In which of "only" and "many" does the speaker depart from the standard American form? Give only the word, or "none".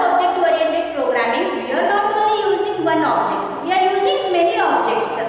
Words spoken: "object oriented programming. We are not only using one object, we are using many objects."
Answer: only